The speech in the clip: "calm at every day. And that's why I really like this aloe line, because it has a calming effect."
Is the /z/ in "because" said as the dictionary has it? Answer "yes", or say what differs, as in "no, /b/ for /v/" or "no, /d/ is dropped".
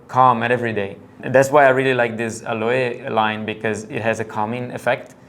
yes